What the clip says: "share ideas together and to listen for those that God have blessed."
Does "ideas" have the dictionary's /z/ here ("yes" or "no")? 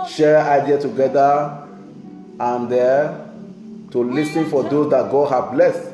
no